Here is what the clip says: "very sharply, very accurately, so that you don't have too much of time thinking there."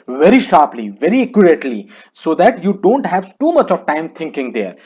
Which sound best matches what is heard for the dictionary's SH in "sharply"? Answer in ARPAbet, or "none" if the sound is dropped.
SH